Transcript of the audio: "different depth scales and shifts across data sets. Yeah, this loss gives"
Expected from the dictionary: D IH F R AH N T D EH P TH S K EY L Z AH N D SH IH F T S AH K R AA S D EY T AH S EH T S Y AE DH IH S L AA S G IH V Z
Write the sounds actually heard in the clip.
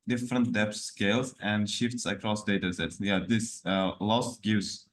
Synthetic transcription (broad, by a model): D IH F R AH N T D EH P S K EY L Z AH N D SH IH F T S AH K R AA S D EY T AH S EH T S Y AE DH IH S L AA S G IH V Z